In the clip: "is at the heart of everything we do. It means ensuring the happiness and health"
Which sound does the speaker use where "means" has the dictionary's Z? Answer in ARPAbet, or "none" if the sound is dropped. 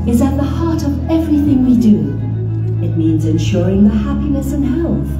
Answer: Z